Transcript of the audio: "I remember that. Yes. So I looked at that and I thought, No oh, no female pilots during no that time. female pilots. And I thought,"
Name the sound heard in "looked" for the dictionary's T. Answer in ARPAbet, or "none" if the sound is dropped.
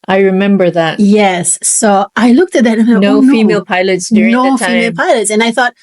T